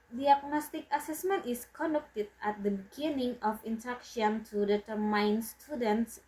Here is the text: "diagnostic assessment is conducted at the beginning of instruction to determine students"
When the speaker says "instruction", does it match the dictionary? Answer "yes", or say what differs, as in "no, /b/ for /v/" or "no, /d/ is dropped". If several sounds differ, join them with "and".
no, /s/ is dropped